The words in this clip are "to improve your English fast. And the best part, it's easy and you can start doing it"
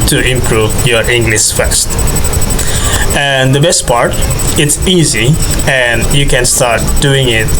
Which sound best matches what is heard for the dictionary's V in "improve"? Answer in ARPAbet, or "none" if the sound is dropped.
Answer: V